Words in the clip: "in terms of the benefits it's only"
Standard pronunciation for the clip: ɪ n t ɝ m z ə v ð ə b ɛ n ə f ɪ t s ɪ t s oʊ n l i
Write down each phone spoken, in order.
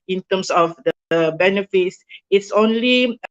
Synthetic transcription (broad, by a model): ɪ n t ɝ m s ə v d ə b ɛ n ə f ɪ t s ɪ t s oʊ n l i